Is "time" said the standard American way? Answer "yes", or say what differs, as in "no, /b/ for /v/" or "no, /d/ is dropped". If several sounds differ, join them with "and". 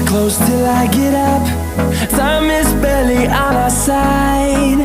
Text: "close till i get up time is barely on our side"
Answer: no, /s/ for /t/